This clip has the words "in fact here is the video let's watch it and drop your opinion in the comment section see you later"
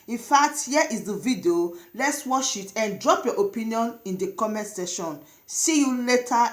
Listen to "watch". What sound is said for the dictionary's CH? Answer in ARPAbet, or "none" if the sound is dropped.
SH